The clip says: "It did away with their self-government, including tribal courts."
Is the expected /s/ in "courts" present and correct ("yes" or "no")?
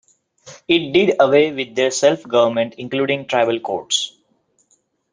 yes